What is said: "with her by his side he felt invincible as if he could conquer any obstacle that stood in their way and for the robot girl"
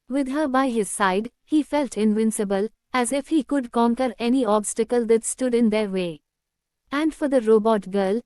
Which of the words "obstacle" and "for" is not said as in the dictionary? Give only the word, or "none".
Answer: none